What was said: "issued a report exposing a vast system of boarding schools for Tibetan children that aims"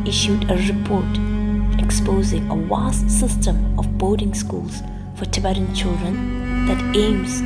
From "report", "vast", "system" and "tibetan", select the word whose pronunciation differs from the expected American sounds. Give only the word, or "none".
vast